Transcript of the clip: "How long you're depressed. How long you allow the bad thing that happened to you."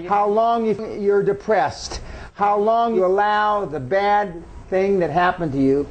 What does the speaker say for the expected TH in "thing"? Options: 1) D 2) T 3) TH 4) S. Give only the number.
3